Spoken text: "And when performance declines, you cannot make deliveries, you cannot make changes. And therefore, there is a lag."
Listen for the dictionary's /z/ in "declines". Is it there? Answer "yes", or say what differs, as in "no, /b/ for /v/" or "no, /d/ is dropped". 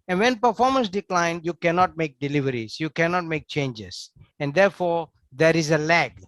no, /z/ is dropped